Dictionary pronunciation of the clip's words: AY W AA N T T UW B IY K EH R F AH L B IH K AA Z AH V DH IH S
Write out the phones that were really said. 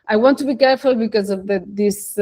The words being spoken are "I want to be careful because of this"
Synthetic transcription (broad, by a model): AY W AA N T T UW B IY K EH R F AH L B IH K AA Z AH V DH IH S